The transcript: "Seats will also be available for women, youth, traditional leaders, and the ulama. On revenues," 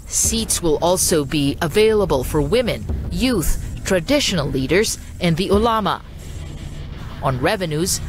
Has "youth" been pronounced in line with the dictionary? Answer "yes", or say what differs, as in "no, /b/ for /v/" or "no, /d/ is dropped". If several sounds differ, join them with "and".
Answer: yes